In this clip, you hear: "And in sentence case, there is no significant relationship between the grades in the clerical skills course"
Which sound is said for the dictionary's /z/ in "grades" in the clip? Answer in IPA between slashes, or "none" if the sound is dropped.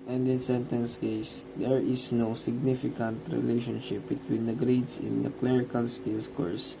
/s/